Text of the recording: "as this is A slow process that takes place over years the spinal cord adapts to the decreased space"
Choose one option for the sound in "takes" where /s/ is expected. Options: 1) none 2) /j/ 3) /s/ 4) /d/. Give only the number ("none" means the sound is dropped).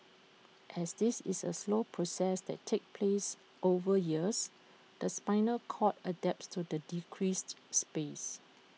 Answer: 1